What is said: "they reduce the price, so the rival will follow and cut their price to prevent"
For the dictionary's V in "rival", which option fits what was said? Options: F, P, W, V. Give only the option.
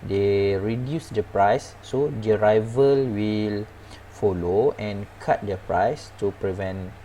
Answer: V